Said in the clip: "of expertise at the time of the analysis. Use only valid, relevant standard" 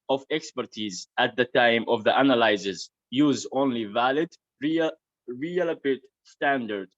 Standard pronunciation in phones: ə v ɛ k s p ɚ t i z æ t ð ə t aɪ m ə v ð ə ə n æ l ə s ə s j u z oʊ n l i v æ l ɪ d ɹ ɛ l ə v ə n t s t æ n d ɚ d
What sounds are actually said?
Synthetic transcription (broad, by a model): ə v ɛ k s p ɚ t i z æ t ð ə t aɪ m ə v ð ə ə n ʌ l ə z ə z j u z oʊ n l i v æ l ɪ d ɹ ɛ l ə p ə t s t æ n d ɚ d